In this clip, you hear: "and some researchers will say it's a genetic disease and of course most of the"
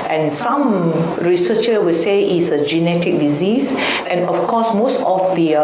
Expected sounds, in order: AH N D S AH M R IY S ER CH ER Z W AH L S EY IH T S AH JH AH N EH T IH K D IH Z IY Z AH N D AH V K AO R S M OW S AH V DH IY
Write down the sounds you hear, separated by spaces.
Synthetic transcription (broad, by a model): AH N S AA M R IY S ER CH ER W AH L S EY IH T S AH JH AH N EH T IH K D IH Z IY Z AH N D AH F K AO S M OW S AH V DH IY